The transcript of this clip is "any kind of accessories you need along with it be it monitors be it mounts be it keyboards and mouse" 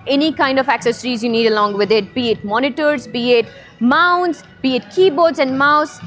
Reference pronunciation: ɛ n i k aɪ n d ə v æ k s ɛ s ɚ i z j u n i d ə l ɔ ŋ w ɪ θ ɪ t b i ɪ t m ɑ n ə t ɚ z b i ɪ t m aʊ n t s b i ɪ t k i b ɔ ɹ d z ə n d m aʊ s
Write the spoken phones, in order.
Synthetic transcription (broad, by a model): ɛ n i k aɪ n d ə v æ k s ɛ s ɚ i z j u n i d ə l ɔ ŋ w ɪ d ɪ t b i ɪ t m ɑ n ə t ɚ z b i ɪ t m aʊ n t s b i ɪ t k i b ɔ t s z ə n d m aʊ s